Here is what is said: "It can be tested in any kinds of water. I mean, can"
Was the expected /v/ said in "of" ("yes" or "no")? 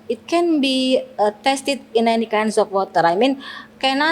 no